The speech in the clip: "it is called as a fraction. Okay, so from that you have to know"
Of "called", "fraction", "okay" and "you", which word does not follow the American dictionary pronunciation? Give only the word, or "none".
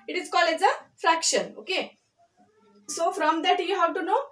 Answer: called